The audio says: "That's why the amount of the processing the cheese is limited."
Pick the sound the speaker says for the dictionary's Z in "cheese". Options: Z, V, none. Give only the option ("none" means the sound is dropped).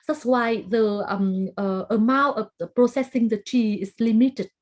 none